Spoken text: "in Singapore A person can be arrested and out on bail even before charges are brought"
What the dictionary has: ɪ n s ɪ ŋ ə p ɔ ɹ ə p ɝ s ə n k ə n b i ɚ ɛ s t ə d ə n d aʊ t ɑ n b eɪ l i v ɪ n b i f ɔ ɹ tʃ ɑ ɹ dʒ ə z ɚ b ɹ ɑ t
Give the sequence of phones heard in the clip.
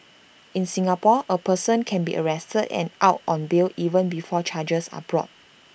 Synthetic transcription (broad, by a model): ɪ n s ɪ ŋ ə p ɔ ə p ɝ s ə n k ə n b i ɚ ɛ s t ə d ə n aʊ t ɑ n b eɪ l i v ɪ n b i f ɔ tʃ ɑ dʒ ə s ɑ b ɹ ɑ t